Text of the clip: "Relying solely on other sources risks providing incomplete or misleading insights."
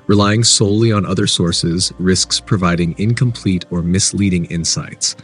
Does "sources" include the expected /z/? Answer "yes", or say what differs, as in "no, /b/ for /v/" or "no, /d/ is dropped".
yes